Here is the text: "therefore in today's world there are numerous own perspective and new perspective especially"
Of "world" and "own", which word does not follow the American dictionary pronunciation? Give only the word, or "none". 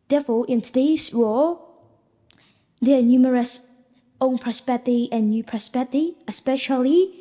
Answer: world